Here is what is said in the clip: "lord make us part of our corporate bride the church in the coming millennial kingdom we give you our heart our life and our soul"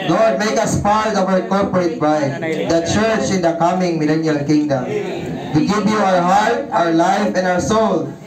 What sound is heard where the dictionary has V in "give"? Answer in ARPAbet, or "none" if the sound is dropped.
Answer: P